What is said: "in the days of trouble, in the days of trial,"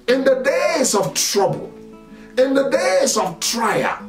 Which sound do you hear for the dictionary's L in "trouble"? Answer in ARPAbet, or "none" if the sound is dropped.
L